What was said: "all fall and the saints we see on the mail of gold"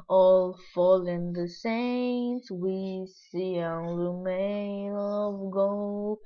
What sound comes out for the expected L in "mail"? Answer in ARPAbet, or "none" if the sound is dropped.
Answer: N